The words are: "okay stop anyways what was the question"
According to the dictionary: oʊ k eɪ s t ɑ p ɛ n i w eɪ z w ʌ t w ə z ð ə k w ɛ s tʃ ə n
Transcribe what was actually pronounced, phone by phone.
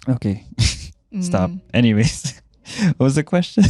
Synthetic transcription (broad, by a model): oʊ k eɪ s t ɑ p ɛ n i w eɪ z w ʌ t w ə z ð ə k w ɛ s tʃ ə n